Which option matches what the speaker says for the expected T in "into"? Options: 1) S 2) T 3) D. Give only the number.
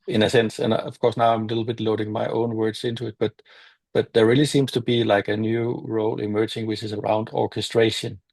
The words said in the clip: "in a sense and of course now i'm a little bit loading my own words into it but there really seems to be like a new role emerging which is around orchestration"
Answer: 2